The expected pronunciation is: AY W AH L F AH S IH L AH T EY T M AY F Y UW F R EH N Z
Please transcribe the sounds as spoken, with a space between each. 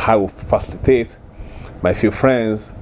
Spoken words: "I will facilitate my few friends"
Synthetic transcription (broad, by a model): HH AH W F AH S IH L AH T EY T M AY F Y UW F R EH N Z